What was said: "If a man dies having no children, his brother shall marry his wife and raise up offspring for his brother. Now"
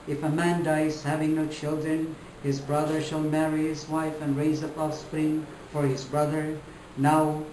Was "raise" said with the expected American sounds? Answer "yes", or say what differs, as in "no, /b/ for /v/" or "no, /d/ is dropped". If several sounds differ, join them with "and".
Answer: yes